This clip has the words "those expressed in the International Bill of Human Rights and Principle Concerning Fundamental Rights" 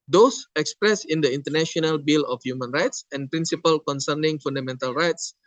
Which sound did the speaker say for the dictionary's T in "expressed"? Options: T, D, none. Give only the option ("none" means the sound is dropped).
none